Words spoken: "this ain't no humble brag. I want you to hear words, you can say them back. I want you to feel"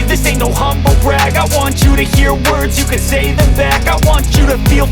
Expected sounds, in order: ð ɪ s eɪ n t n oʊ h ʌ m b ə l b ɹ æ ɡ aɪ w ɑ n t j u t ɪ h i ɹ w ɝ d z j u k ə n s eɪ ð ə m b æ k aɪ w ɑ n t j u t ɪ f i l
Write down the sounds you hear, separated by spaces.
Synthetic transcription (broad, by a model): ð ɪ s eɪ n n oʊ h ʌ m b l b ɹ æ ɡ aɪ w ɑ n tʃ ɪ t ɪ h i ɹ w ɝ d z j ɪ k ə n s eɪ ð ə m b æ k aɪ w ɑ n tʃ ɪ t ɪ f i l